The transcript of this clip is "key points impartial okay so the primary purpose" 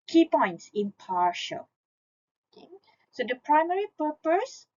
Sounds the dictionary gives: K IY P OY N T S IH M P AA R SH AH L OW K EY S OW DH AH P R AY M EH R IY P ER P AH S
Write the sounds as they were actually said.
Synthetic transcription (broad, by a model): K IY P OY N T S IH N P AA R SH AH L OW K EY S OW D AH P R AY M EH R IY P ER P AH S